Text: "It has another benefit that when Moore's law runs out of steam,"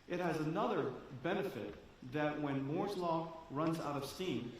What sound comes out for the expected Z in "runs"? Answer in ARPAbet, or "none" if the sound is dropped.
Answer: Z